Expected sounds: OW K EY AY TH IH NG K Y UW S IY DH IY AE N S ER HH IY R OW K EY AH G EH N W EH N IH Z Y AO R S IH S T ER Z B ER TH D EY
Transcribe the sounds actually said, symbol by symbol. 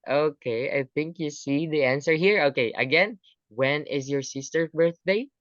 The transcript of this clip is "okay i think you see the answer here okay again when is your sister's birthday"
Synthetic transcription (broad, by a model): OW K EY AY TH IH NG K Y UW S IY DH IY AE N S ER HH IY R OW K EY AH G EH N W EH N IH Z Y AO R S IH S T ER B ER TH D EY